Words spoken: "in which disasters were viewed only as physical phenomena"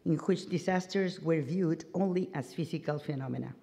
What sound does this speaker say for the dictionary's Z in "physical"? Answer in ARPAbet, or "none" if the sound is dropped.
S